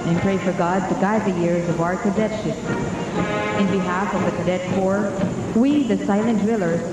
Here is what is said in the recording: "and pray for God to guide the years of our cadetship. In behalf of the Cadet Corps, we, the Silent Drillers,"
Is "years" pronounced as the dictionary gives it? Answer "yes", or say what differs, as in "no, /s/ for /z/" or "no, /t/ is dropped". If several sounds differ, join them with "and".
yes